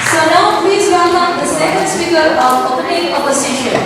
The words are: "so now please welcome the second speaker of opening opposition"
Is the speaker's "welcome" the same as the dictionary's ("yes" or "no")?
no